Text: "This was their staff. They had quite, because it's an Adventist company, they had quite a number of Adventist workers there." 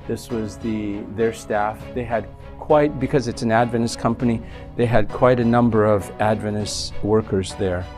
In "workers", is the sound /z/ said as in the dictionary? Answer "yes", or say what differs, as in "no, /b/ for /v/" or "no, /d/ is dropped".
yes